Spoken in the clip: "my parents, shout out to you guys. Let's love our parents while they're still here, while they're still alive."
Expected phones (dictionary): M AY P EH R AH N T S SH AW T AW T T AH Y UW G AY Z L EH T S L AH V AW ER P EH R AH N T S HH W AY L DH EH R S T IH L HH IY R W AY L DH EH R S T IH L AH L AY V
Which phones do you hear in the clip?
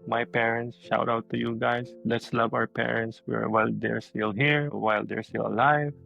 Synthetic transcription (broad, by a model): M AY P EH R AH N T S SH AW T AW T T AH Y UW G AY S L EH T S L AH V AW ER P EH R AH N T S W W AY L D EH R S T IH L HH IY R W AY L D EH R S T IH L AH L AY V